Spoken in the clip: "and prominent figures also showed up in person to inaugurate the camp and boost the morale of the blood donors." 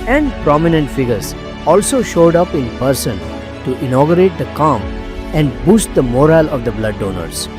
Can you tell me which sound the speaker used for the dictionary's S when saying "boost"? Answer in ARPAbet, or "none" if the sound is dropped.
S